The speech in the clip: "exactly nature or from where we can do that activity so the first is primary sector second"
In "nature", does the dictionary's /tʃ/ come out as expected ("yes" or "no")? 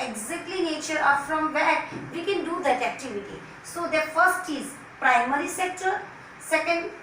yes